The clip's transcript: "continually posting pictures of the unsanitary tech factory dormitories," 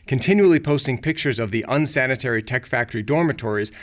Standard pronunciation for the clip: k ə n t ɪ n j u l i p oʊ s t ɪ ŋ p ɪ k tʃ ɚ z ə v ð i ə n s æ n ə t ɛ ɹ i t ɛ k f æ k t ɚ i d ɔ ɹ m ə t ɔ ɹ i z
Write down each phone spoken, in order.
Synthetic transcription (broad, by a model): k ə n t ɪ n j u l i p oʊ s t ɪ ŋ p ɪ k tʃ ɚ z ə v ð i ə n s æ n ə t ɛ ɹ i t ɛ k f æ k t ɚ i d ɔ ɹ m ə t ɔ ɹ i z